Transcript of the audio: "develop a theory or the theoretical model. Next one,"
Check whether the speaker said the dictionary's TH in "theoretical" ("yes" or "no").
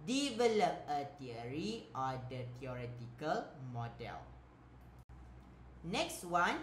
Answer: no